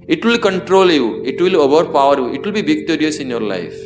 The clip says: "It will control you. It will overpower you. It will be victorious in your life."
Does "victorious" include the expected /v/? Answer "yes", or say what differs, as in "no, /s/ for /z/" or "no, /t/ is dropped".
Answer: no, /b/ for /v/